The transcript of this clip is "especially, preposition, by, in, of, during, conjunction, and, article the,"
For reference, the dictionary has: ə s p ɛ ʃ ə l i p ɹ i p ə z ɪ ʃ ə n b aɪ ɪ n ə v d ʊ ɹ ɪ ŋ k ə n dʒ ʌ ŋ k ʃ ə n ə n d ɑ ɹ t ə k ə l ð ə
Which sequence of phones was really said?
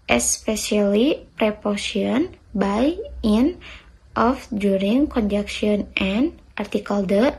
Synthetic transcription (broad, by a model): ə s p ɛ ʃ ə l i p ɹ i p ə s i ə n b aɪ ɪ n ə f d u ɹ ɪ ŋ k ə n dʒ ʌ k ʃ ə n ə n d ɑ ɹ t ə k ə l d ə